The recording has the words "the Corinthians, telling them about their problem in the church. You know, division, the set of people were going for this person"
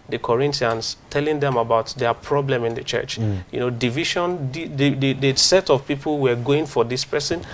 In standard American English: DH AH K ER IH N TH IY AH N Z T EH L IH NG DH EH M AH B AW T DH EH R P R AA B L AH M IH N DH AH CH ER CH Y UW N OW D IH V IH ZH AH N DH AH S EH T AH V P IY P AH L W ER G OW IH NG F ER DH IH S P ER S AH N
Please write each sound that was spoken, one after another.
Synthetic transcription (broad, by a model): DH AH K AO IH N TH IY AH N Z T EH L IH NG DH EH M AH B AW T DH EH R P R AA B L AH M IH N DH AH CH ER CH Y UW N OW D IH V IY SH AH N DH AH S EH T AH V P IY P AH L W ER G OW IH NG F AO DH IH S P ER S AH N